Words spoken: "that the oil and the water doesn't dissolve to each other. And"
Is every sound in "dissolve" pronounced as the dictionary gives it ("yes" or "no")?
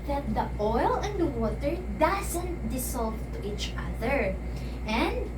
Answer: no